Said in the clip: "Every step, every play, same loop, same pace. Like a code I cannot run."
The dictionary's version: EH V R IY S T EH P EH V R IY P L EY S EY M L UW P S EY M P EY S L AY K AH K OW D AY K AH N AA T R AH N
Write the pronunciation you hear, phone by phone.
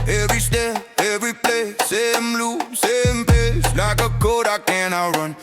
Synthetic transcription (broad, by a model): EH V R IY S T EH EH V R IY P L EY S EY M L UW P S EY M P EY S L AY K AH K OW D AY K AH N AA R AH N